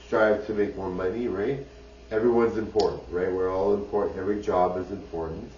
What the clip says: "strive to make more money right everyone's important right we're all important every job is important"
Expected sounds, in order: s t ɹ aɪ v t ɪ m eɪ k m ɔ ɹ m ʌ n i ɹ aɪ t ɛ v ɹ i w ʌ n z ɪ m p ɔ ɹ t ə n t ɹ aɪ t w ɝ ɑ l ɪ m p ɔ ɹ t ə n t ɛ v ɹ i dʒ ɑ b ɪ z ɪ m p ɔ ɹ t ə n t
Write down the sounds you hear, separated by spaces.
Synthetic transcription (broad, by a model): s t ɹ aɪ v t ɪ m eɪ k m ɔ ɹ m ʌ n i ɹ aɪ t ɛ v ɹ i w ʌ n z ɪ m p ɔ ɹ t n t ɹ aɪ t w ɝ ɑ l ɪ m p ɔ ɹ t n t ɛ v ɹ i dʒ ɑ b ɪ z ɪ m p ɔ ɹ t n t